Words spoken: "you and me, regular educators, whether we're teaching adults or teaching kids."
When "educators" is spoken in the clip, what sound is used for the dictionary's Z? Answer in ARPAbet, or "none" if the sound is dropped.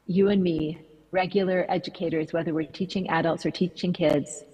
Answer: Z